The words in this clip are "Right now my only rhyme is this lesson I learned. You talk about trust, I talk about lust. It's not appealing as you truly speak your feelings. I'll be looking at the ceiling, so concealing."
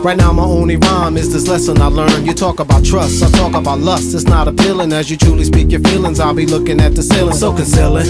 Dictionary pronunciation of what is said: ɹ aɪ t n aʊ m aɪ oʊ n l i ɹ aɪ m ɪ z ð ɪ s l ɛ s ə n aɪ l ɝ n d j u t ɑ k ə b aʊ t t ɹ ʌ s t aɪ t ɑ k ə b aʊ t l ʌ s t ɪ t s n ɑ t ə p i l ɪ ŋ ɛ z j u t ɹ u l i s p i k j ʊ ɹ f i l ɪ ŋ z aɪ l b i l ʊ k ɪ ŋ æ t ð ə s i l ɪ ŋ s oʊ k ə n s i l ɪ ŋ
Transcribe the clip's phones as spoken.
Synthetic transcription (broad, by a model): ɹ aɪ t n aʊ m aɪ oʊ n l i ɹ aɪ m ɪ z ð ɪ s l ɛ s ə n aɪ l ɝ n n j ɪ t ɑ k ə b aʊ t t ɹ ʌ s t aɪ t ɑ k ə b aʊ t l ʌ s t ɪ t s n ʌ t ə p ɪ l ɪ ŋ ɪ z j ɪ t ɹ u l i s p i k j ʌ ɹ f i l ɪ ŋ z aɪ l b i l ʊ k ɪ ŋ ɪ t ð ə s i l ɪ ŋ s oʊ k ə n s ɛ l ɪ